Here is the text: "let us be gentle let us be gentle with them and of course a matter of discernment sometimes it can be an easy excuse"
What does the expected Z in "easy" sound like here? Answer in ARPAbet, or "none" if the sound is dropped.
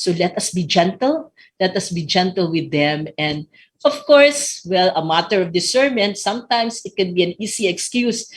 S